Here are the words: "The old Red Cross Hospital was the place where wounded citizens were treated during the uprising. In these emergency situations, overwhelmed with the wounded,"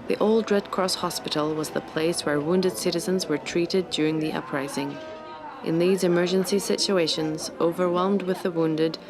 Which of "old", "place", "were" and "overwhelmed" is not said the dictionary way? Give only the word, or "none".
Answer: none